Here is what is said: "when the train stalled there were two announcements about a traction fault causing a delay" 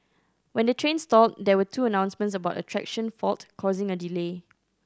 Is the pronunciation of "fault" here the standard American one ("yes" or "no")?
yes